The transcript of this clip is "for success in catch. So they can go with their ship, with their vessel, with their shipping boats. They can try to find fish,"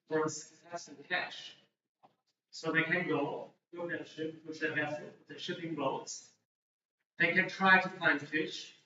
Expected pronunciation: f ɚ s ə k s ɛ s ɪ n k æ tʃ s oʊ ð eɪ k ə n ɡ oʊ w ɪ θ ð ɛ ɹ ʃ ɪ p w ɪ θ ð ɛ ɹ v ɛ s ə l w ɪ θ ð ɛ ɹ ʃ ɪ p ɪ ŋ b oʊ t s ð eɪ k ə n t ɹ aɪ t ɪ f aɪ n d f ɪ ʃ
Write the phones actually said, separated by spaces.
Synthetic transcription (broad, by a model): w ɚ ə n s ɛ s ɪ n k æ ʃ s oʊ ð eɪ k ə n ɡ oʊ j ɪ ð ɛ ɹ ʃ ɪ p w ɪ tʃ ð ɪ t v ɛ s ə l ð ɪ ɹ ʃ ɪ p ɪ ŋ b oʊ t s ð eɪ k ə n t ɹ aɪ t ɪ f aɪ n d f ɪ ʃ